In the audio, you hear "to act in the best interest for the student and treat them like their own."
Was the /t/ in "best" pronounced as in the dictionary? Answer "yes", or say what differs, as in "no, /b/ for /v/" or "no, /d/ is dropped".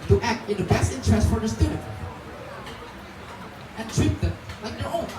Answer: yes